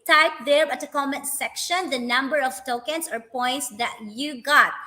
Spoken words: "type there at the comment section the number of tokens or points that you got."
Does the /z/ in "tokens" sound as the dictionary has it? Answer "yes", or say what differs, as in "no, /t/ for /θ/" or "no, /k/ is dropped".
no, /s/ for /z/